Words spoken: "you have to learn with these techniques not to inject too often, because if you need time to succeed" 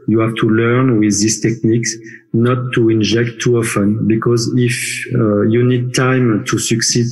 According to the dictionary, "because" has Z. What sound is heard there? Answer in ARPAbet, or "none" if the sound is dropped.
Z